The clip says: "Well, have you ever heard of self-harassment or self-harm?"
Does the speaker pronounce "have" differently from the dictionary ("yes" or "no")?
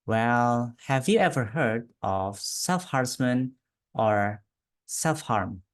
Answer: no